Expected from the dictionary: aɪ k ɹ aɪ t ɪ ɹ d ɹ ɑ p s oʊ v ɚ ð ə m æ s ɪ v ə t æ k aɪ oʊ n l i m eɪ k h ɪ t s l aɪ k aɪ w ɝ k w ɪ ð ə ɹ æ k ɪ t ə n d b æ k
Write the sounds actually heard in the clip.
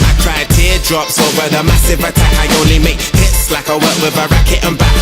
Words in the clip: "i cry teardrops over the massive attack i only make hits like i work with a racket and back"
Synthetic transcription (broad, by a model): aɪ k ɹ aɪ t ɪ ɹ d ɹ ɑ p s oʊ ɚ ð ə m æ s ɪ v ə t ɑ k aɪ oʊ l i m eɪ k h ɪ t s l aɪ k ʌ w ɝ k w ɪ ð ə ɹ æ k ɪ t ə n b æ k